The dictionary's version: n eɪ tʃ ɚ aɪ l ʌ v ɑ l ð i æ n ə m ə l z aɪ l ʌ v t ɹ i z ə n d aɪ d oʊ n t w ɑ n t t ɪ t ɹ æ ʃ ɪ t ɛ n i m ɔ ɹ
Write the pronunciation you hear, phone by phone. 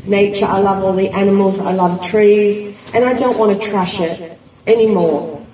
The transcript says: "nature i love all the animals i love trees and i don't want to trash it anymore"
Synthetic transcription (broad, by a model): n eɪ tʃ ɚ aɪ l ʌ v ɑ l ð i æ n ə m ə l z aɪ l ʌ v t ɹ i z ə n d aɪ d oʊ n t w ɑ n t t ɪ t ɹ æ ʃ ɪ t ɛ n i m ɔ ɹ